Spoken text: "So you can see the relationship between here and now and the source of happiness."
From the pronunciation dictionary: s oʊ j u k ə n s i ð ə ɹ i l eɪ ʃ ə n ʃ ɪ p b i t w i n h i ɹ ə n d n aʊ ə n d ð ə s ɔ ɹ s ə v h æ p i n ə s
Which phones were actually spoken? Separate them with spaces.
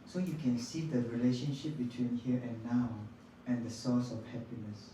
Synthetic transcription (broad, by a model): s oʊ j u k ə n s i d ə ɹ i l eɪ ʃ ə n ʃ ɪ p b i t w i n h i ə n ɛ n aʊ ə n d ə s ɔ s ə f h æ p i n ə s